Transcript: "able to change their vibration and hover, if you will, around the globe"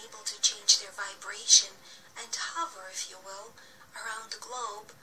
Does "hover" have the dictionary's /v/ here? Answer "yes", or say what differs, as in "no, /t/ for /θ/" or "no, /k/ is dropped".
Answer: yes